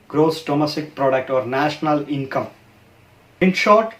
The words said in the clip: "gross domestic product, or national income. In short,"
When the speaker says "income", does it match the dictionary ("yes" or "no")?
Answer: yes